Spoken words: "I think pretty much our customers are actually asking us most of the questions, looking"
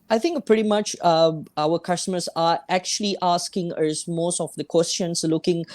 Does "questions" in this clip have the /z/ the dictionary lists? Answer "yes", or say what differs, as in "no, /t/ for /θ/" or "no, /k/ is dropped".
no, /s/ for /z/